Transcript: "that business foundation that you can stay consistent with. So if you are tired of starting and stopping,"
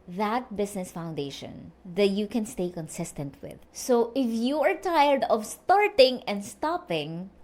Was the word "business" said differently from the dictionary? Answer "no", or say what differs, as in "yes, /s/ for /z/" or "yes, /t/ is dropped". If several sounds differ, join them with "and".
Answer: yes, /s/ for /z/